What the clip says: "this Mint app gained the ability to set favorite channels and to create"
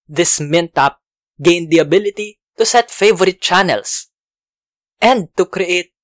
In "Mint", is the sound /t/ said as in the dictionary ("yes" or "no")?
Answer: yes